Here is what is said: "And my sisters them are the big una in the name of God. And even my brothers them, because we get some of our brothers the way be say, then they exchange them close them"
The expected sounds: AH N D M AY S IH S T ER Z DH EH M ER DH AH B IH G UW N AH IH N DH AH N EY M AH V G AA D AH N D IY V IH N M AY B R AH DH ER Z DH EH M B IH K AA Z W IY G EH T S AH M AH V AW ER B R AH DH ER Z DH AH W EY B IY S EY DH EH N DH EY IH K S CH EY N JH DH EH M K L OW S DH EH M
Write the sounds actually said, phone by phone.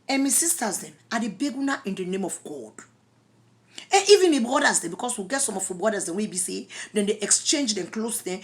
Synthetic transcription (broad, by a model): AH N M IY S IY S T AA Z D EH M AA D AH B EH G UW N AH IH N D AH N EY M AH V G AA D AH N IY V IH N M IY B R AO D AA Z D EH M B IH K AA S W IY G EH T S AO M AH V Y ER B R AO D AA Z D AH W EY B IY S EY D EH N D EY IH K S CH EY N JH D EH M K L OW S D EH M